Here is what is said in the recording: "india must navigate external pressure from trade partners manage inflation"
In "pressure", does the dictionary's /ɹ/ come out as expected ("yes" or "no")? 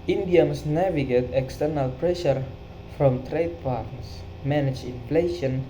yes